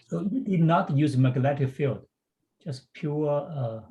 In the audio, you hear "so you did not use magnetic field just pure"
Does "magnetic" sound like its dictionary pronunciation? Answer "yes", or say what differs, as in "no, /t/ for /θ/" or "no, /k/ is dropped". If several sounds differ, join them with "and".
no, /l/ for /n/